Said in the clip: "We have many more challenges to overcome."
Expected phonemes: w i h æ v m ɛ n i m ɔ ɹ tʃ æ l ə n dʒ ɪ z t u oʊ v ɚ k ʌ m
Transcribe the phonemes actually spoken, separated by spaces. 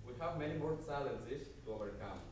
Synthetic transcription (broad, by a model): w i h æ v m ɛ n i m ɔ ɹ s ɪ l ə n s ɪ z t u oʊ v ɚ k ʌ m